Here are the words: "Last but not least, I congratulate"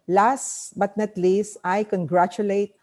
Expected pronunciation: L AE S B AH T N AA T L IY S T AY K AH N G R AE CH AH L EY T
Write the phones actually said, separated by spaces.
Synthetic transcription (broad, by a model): L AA S B AH T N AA T L IY S T AY K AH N G R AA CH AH L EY T